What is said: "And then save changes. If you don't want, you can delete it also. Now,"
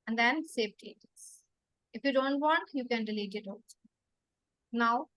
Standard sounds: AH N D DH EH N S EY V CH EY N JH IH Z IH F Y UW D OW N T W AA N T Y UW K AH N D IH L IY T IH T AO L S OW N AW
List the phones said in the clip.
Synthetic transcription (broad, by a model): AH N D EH N S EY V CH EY JH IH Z IH F Y UW D OW N T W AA N T Y UW K AH N D IH L IY T IH T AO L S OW N AW